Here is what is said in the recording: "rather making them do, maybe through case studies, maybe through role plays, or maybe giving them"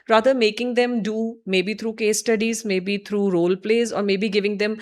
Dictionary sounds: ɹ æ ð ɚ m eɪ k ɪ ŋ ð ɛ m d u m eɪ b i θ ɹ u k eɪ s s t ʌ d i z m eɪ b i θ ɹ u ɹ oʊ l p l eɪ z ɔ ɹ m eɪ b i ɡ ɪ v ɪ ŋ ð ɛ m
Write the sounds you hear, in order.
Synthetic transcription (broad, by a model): ɹ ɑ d ɚ m eɪ k ɪ ŋ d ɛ m d u m eɪ b i t ɹ u k eɪ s s t ʌ d i z m eɪ b i t ɹ u ɹ oʊ l p l eɪ z ɔ ɹ m eɪ b i ɡ ɪ v ɪ ŋ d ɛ m